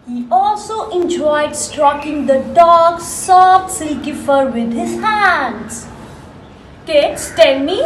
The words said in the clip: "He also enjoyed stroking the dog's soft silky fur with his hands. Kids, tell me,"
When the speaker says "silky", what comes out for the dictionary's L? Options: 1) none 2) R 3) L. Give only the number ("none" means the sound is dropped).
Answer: 1